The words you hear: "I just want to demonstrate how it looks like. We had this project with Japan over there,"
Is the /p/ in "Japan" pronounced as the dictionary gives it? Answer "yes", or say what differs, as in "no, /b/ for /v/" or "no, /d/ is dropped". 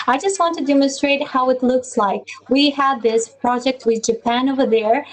yes